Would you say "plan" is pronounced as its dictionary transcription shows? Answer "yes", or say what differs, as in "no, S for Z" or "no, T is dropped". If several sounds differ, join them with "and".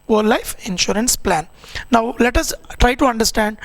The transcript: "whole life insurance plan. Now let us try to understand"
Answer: yes